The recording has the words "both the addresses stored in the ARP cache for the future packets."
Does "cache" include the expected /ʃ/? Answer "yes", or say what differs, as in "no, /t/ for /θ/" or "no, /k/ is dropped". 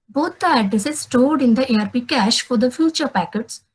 yes